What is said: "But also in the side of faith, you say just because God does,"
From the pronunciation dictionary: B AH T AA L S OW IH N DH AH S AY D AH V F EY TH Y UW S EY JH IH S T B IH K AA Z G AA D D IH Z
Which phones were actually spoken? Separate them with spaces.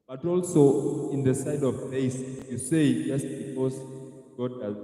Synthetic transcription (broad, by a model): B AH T AA L S OW IH N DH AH S AY D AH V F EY S Y UW S EY JH IH S T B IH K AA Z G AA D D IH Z